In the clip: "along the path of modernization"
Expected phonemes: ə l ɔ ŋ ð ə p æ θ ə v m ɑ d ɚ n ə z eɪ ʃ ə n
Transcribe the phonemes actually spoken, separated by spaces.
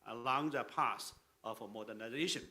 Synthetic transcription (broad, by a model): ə l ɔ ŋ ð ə p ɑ s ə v m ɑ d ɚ n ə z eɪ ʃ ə n